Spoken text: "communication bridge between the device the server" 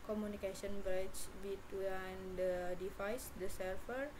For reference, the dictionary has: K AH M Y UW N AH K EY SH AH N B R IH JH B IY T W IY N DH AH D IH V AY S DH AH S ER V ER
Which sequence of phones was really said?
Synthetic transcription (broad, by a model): K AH M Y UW N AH K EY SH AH N B R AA CH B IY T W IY N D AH D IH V AY S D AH S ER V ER